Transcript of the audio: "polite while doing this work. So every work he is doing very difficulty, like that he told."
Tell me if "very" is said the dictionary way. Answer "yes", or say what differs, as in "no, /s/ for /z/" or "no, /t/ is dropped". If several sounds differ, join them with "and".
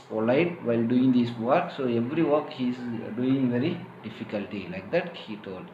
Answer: yes